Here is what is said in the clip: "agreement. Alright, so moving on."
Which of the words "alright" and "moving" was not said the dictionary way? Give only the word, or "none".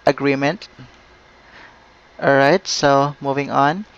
alright